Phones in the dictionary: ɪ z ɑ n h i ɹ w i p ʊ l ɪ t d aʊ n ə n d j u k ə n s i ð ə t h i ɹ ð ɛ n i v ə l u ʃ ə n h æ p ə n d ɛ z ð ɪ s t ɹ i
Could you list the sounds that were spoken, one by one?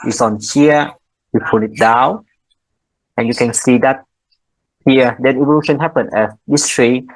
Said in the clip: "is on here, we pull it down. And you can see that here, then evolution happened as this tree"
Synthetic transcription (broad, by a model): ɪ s ɑ n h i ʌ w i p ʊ n ɪ t d aʊ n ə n j u k ə n s i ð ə t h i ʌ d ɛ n i v ə l u ʃ ə n h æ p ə n ɛ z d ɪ s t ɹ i